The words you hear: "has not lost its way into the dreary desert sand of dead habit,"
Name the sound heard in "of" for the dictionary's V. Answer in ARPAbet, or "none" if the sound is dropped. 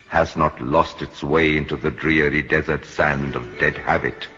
V